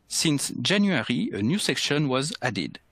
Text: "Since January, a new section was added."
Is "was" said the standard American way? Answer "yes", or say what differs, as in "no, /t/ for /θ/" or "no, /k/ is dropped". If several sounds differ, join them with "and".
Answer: yes